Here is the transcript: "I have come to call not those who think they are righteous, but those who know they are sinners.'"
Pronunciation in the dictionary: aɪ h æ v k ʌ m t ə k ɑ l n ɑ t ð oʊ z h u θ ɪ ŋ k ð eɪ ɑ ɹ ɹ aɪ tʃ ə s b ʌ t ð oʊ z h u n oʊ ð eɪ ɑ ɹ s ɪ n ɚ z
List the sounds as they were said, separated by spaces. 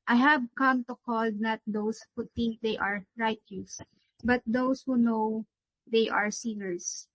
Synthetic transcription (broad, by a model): aɪ h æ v k ʌ m t ə k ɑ l n ɑ t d oʊ s h u t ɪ ŋ k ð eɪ ɑ ɹ ɹ aɪ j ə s b ʌ t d oʊ s h u n oʊ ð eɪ ɑ ɹ s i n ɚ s